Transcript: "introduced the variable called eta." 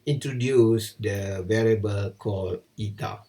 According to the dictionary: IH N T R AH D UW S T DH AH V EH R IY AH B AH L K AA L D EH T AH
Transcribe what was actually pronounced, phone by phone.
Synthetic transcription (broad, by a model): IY N T R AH D UW S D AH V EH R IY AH B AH L K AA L IY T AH